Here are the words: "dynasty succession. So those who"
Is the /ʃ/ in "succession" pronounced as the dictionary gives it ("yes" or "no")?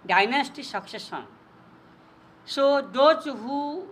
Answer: no